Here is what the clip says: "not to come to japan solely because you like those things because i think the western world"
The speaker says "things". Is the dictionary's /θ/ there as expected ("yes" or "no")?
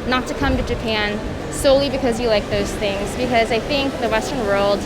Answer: yes